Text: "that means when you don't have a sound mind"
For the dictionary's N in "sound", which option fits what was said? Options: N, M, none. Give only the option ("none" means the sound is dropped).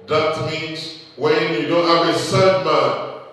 none